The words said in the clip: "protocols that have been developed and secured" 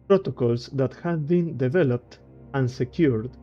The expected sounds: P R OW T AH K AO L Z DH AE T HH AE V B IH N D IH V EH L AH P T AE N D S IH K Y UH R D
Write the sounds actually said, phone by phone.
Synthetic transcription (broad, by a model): P R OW T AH K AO L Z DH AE T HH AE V B IH N D IH V EH L AH P T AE N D S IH K Y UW R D